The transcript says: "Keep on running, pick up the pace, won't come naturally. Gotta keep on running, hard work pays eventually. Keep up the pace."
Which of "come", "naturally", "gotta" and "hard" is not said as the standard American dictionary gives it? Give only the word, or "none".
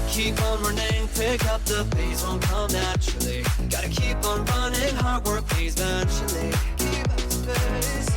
naturally